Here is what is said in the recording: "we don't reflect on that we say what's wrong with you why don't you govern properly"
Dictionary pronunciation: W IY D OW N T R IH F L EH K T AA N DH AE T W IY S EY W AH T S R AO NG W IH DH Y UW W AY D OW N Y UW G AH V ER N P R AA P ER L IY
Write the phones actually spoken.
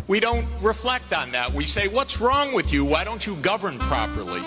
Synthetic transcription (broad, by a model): W IY D OW N T R IH F L EH K T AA N DH AE T W IY S EY W AH T S R AO NG W IH DH Y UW W AY D OW N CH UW G AH V ER N P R AA P ER L IY